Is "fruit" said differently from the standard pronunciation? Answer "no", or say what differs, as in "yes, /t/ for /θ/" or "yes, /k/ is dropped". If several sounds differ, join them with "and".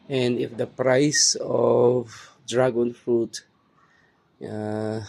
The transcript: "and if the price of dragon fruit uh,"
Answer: no